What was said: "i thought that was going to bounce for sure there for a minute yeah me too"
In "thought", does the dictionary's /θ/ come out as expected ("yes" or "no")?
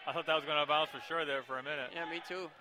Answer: yes